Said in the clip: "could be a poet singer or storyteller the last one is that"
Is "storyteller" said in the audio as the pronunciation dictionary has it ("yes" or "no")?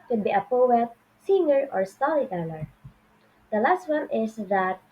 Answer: no